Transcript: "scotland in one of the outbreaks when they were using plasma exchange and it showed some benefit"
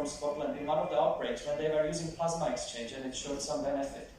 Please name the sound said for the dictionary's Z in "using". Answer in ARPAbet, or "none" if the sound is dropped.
Z